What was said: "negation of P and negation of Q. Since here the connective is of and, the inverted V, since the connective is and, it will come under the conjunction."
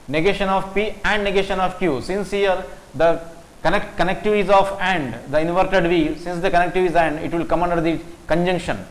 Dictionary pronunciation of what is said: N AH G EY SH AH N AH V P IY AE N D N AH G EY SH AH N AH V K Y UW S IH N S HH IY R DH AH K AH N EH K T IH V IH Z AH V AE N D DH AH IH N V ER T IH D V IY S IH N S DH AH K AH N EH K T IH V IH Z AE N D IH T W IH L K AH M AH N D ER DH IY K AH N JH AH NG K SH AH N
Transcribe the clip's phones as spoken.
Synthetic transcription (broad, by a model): N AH G EY SH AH N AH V P IY AE N D N AH G EY SH AH N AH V K Y UW S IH N S HH IY R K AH K AH N EH K T IH V IH Z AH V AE N D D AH IH N V ER T IH D V IY S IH N S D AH K AH N EH K T IH V IH Z AE N D IH T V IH L K AH M AH N D ER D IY K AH N JH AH NG K SH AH N